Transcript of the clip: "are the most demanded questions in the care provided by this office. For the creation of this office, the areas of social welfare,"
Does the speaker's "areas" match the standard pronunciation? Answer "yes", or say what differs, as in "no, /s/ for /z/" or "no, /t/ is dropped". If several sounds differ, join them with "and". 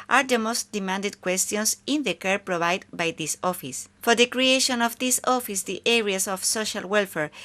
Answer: no, /s/ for /z/